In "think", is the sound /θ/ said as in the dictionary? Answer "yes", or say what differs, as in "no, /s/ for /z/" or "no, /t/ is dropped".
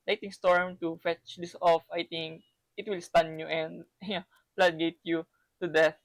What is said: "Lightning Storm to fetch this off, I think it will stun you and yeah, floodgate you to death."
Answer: no, /t/ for /θ/